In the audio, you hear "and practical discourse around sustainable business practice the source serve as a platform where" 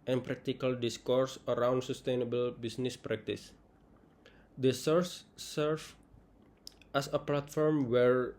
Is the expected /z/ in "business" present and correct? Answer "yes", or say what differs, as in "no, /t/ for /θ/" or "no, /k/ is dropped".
no, /s/ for /z/